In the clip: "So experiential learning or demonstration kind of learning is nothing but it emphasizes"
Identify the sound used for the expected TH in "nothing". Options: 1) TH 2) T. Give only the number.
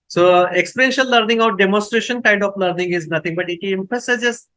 2